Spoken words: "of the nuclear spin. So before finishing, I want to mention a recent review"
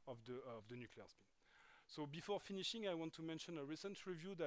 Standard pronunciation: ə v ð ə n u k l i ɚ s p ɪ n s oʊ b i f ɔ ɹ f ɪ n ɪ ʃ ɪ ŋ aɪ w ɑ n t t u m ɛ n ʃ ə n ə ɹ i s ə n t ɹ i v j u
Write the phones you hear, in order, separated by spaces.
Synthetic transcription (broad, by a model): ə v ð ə n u k l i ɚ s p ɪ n s oʊ b i f ɔ ɹ f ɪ n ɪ ʃ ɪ ŋ aɪ w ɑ n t t u m ɛ n ʃ ə n ə ɹ i s ə n t ɹ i v j u